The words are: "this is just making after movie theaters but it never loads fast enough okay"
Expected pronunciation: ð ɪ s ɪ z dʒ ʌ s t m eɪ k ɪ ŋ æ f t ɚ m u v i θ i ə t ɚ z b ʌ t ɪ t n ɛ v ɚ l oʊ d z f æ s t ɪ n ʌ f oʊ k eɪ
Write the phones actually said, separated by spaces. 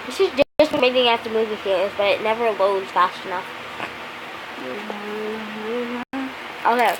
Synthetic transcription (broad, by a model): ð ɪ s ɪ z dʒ ʌ s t m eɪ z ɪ ŋ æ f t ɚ m u v i f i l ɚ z b ʌ t ɪ t n ɛ v ɚ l oʊ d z f æ s t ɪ n ʌ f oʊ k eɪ